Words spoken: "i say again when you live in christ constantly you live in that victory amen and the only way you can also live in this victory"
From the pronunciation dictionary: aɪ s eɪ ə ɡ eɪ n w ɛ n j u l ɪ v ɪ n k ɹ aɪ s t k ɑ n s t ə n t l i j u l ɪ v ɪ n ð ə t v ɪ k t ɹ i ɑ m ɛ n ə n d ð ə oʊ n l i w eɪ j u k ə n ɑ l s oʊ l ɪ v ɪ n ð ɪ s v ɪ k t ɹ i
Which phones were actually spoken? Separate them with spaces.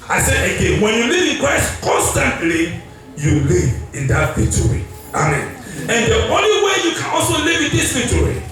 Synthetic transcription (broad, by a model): aɪ s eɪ ə ɡ eɪ n w ɛ n j u l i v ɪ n k ɹ aɪ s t k ɑ n s t ə n t l i j u l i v ɪ n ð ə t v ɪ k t ɹ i ɑ m ɛ n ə n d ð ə oʊ n l i w eɪ j u k ə n ɑ l s oʊ l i v ɪ n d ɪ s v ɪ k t ɹ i